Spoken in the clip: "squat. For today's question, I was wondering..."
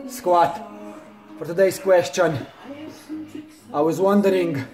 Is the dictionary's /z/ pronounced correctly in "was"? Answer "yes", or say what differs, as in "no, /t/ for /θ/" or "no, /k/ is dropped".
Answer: yes